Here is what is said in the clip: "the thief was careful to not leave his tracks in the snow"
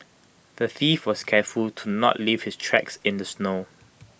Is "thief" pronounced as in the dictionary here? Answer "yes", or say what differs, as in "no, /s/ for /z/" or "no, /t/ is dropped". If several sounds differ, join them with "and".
yes